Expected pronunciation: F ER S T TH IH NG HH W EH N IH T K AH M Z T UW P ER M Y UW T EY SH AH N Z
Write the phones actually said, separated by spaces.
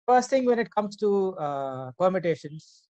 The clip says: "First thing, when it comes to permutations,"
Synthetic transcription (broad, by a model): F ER S T T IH NG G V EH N IH T K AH M S T UW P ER M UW T EY SH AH N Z